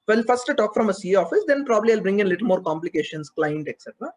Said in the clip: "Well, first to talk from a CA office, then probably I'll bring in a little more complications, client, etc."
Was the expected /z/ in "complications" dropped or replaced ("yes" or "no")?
yes